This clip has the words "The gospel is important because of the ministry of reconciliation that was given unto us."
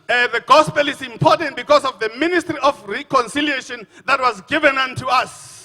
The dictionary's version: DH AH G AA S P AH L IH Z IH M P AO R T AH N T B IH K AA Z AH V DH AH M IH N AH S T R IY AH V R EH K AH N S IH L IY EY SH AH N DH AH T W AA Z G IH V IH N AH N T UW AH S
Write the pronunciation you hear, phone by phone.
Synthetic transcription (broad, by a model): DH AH G AA S P AH L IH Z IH M P AO T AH N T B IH K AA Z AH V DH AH M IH N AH S T R IY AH F R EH K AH N S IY L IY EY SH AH N DH AH T W AA Z G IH V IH N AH N T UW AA S